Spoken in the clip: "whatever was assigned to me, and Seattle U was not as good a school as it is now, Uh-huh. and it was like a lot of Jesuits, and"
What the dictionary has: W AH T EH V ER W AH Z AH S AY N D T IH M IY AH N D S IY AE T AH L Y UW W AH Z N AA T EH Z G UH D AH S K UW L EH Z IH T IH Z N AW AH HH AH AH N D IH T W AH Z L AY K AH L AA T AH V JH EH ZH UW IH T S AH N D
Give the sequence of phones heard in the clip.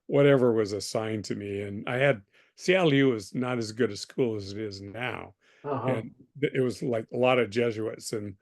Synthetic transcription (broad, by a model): W AH T EH V ER W AH Z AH S AY N T IH M IY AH N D S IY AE L Y UW W AH Z N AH T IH Z G UH D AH S K UW L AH Z IH T IH Z N AW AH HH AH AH N IH T W AH Z L AY K AH L AA T AH V JH EH ZH UW IH T S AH N